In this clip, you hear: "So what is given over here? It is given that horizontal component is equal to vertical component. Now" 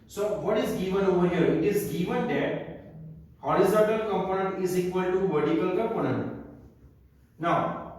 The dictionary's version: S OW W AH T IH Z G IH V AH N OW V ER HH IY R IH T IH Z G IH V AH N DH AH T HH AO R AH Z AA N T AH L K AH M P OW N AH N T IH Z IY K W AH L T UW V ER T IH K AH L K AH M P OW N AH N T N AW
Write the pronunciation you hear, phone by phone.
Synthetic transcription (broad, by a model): S OW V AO T IH Z G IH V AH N OW V ER HH IY R IH T IH Z G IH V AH N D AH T HH AO R AH Z AA N T AH L K AH M P OW N AH N T IH Z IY K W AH L T UW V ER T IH K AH L K AH M P OW N AH N T N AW